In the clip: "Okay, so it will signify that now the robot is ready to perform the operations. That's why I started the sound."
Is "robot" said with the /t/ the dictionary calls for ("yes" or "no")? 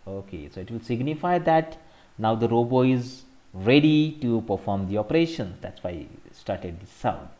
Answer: no